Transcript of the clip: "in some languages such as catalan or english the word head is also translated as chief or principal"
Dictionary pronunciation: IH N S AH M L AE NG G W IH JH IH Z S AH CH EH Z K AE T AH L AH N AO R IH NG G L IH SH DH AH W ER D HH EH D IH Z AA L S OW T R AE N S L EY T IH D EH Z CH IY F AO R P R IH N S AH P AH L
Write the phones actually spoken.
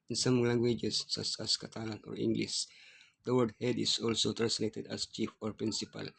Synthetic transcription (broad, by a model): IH N S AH M L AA NG G W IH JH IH S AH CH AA S K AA T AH L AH N AO R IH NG G L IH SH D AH W ER D HH EH D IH S AA L S OW T AE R S N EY T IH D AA S CH IY F AO R P R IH N S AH P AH L